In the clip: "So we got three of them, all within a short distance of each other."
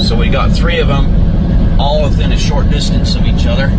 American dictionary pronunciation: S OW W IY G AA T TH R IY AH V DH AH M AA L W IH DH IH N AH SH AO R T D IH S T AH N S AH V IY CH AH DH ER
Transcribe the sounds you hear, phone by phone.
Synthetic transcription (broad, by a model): S OW W IY G AA T TH R IY AH V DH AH M AA L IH DH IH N AH SH AO R T D IH S T AH N S AH V IY CH AH DH ER